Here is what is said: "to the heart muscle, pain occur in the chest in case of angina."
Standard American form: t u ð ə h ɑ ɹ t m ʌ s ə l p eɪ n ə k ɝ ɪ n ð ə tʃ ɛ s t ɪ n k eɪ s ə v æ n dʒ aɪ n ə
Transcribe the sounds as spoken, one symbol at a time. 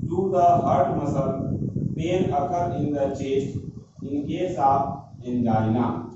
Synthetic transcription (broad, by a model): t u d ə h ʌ ɹ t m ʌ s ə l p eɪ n ə k ɝ ɪ n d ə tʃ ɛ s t ɪ n k eɪ s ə p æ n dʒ aɪ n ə